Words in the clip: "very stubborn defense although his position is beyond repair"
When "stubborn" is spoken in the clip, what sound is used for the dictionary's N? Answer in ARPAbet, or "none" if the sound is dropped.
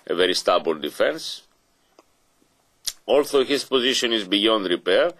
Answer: L